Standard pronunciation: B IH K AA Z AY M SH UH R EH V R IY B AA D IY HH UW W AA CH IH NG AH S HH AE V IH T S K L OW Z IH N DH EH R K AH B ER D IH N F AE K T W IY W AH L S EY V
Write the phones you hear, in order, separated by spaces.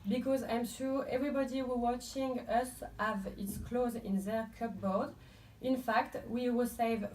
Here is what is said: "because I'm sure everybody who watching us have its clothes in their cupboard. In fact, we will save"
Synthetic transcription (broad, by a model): B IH K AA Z AY M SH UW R EH V R IY B AA D IY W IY W AA CH IH NG AH S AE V IH T S K L OW Z IH N DH EH R K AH B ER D IH N F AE K T W IY W AH L S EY V